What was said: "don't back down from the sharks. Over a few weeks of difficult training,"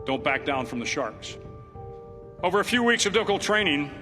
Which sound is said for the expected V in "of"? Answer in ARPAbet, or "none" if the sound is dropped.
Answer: V